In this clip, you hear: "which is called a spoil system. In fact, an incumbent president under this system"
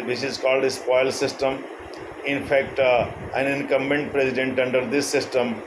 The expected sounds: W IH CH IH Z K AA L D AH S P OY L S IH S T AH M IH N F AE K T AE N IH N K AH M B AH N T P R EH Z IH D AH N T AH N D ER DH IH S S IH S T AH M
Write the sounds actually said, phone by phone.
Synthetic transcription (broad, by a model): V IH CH IH Z K AA L D AH S P OY L S IH S T AH M IH N F AE K T AE N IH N K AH M AH N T P R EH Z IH D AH N T AH N D ER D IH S S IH S T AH M